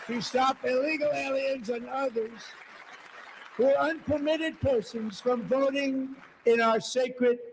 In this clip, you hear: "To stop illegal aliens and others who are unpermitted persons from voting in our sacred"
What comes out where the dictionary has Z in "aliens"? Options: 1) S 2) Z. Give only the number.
2